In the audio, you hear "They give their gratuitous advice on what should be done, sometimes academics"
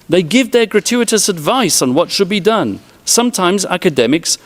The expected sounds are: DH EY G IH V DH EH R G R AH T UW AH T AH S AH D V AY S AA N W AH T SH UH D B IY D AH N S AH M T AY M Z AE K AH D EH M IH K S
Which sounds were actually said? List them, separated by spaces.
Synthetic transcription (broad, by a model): DH EY G IH V DH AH R G R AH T UW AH T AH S AH D V AY S N W AH T SH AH D B IY D AH N S AH M T AY M Z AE K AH D EH M IH K S